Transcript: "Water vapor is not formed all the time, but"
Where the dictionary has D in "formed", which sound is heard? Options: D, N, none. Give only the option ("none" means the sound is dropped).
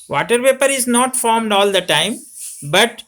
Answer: D